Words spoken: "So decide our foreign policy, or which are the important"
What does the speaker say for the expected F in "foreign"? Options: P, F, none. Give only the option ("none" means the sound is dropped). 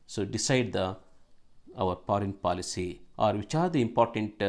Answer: P